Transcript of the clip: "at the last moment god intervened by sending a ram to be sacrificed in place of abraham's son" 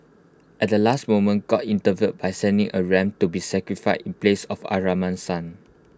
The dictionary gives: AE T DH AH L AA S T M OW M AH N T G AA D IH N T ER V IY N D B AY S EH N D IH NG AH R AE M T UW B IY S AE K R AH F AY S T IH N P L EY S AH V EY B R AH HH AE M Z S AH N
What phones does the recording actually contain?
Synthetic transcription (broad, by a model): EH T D AH L AA S T M OW M AH N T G AA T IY N T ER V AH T B AY S EH N D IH NG AH R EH M T UW B IY S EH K R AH F AY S IH N P L EY S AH F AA R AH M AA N S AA N